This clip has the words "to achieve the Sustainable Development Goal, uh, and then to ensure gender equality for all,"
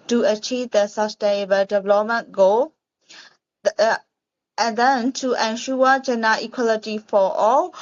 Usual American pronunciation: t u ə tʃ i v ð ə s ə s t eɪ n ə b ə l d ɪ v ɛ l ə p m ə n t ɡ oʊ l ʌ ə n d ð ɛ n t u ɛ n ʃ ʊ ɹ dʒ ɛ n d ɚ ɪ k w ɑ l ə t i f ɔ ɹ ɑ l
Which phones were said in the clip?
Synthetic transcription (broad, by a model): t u ə tʃ i v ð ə s ə s t eɪ n ə b ə l d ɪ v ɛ l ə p m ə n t ɡ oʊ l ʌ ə n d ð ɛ n t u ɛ n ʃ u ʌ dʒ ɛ n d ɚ ɪ k w ɑ l ə t i f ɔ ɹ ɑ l